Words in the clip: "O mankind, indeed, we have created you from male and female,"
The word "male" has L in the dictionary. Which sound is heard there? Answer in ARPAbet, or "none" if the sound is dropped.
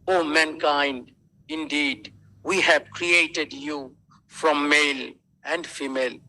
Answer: L